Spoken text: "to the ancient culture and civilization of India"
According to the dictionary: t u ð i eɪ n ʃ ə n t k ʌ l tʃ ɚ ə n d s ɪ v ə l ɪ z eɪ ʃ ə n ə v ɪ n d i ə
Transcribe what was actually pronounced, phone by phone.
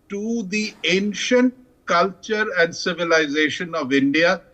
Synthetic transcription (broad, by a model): t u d i eɪ n ʃ ə n t k ʌ l tʃ ɚ ə n d s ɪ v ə l ɪ z eɪ ʃ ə n ə v ɪ n d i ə